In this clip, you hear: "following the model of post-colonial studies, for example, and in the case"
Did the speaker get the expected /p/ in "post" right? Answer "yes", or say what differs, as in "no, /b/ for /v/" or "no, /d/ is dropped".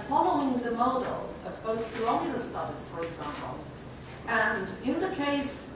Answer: no, /b/ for /p/